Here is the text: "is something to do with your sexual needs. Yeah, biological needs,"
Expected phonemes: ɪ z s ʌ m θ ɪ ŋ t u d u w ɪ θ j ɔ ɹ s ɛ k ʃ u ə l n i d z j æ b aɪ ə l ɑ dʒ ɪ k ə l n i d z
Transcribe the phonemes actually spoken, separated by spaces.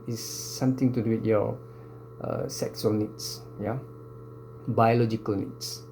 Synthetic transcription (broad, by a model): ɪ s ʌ m t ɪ ŋ t u d u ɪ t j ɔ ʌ s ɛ k s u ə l n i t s j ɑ b aɪ ə l ɑ dʒ ɪ k ə l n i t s